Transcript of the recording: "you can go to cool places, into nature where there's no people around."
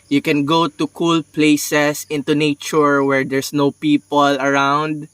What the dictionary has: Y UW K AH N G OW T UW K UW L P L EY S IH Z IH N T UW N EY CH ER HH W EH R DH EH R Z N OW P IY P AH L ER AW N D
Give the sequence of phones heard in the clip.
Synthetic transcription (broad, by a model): Y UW K AH N G OW T UW K UW L P L EY S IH S IH N T UW N EY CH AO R W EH R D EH R S N OW P IY P AH L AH AW N D